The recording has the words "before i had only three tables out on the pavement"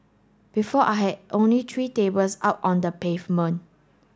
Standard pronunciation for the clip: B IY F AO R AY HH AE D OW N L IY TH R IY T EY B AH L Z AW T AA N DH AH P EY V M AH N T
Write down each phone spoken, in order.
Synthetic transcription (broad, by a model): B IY F AO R AY HH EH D OW N L IY T R IY T EY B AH L S AW T AA N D AH P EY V M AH N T